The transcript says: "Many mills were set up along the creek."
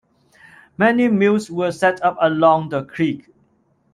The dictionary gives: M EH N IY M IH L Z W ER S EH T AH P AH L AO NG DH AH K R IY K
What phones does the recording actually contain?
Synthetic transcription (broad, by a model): M EH N IY M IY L S W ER S EH T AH P AH L AO NG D AH K R IY K